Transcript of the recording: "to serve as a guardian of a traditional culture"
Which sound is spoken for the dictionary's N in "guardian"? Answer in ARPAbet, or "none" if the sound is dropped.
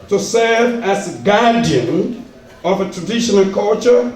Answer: N